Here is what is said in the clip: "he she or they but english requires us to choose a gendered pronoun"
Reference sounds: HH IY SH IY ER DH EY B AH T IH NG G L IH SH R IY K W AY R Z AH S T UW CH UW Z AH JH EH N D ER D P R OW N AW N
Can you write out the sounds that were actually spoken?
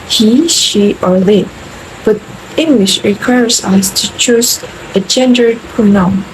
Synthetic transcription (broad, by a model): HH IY SH IY ER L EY B AH T IH NG G L IH SH R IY K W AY R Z AH S T UW CH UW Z AH JH EH N D ER D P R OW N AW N